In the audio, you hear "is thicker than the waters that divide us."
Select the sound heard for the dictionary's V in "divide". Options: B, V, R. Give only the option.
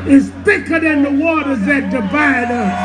B